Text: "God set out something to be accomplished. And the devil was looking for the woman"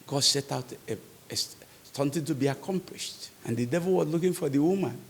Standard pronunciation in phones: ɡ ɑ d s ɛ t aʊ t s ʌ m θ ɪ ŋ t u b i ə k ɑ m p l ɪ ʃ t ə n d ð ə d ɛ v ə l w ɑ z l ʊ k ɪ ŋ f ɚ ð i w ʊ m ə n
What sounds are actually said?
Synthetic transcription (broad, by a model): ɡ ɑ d s ɛ t aʊ t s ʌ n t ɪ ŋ t u b i ə k ɑ m p l ɪ ʃ t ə n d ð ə d ɛ v ə l w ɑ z l ʊ k ɪ ŋ f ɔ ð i w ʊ m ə n